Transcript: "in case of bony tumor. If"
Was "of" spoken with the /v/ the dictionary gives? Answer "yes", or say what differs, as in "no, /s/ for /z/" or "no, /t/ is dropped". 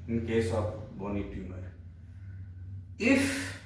no, /b/ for /v/